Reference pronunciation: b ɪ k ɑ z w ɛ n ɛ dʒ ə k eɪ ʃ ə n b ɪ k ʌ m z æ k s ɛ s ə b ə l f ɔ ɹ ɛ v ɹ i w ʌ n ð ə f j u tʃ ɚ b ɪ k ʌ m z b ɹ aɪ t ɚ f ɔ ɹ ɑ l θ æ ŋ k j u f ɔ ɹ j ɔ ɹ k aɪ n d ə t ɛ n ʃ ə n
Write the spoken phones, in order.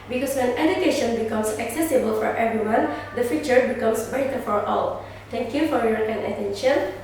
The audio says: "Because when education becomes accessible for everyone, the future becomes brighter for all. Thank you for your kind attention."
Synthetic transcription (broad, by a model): b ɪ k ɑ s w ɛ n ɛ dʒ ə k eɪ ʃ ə n b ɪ k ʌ m s æ k s ɛ s ə b ə l f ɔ ɹ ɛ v ɹ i w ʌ n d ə f j u tʃ ɚ b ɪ k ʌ m s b aɪ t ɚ f ɔ ɹ ɑ l t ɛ ŋ k j u f ɔ ɹ j ɔ ɹ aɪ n ə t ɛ n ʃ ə n